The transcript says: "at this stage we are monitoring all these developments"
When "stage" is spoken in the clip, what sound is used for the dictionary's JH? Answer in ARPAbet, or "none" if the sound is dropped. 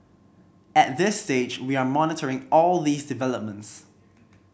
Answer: JH